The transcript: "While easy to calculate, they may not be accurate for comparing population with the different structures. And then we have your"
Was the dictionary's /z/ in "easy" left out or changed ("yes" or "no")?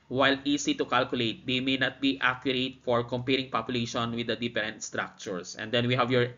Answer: yes